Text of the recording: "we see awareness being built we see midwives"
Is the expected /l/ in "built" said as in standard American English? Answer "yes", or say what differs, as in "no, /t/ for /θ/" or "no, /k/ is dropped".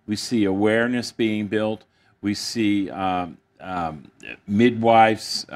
yes